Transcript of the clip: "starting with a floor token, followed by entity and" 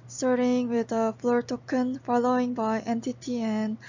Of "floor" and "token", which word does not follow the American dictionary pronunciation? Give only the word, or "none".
none